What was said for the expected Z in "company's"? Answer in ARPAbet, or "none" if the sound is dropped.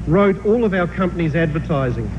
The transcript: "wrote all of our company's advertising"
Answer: Z